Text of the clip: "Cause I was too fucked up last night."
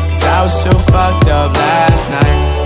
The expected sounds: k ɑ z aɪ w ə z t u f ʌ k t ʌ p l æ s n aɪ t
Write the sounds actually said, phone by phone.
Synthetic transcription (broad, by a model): k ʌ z aɪ w ə z s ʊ f ʌ k t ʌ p l æ s n aɪ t